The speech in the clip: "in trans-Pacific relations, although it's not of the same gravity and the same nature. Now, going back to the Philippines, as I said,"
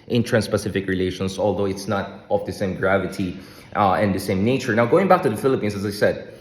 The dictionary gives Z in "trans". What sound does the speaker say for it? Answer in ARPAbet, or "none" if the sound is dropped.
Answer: S